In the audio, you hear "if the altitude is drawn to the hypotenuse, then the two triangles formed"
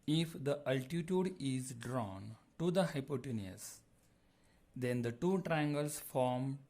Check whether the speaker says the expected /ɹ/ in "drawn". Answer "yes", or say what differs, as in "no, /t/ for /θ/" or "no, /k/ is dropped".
yes